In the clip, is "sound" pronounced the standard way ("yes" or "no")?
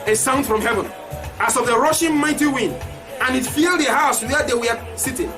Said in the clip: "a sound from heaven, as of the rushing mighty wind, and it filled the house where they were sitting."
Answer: yes